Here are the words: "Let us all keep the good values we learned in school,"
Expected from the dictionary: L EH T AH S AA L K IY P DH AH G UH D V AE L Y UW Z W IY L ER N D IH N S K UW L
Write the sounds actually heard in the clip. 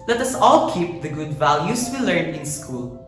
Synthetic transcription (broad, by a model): L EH T AH S AA L K IY P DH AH G UH D V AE L Y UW S W IY L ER N IH N S K UW L